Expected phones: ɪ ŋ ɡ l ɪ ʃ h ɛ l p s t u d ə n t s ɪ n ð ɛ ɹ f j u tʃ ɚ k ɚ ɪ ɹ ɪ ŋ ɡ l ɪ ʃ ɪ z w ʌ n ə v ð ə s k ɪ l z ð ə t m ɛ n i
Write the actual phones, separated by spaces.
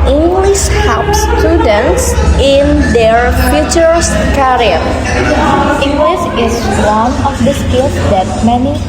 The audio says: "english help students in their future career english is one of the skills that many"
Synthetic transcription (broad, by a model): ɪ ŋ ɡ l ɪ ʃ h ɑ p s t u d ə n t s ɪ n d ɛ ɹ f j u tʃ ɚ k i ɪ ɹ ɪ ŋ ɡ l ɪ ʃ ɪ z w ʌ n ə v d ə s k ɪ l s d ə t m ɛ n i